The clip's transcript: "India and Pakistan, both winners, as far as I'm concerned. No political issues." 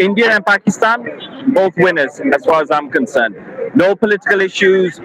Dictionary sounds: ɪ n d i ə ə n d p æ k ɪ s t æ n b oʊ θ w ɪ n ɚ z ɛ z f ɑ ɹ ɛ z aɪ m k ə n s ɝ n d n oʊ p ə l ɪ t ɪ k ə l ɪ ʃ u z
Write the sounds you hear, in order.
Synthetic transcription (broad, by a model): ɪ n d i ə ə n p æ k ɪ s t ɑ n b oʊ θ w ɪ n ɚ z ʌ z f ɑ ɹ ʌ z aɪ m k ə n s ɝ n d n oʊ p ə l ɪ t ɪ k ə l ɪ ʃ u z